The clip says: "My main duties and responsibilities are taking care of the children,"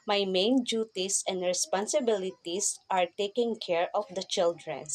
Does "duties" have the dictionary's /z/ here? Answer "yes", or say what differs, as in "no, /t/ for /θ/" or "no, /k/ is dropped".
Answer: no, /s/ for /z/